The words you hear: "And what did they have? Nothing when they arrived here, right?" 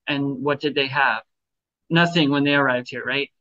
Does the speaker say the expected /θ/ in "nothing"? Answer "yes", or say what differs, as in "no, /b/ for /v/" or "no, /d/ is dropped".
yes